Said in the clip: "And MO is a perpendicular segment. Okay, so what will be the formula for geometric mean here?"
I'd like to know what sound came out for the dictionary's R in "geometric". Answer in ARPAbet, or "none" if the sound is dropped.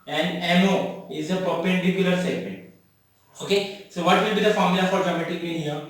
none